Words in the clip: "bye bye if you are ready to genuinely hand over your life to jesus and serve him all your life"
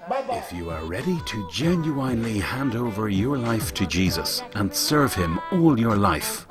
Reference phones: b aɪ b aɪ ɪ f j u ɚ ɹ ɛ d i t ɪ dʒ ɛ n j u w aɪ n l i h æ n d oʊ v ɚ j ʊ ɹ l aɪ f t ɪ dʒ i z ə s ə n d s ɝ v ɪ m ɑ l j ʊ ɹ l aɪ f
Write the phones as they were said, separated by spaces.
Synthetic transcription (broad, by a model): ɪ f j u ɚ ɹ ɛ d i t ɪ dʒ ɛ n j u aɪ n l i h æ n d oʊ v ɚ j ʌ ɹ l aɪ f t ɪ dʒ i z ə s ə n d s ɝ v ɪ m ɑ l j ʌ ɹ l aɪ f